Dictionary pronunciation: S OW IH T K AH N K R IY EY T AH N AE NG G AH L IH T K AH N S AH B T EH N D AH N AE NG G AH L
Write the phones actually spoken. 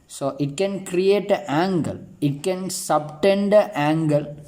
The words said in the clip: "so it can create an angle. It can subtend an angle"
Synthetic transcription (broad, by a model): S OW IH T K AH N K R IY EY T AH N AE NG G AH L IH T K AH N S AH B T EH N D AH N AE NG G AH L